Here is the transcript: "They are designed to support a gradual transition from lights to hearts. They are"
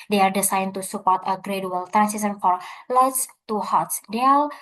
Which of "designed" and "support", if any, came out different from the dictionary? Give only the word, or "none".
designed